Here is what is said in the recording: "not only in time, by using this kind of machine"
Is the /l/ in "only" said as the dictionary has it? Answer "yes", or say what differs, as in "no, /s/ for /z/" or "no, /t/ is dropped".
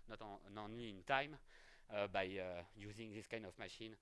no, /l/ is dropped